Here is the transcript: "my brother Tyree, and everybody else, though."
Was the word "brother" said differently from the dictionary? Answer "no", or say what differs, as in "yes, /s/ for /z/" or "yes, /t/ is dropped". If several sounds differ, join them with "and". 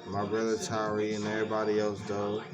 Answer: no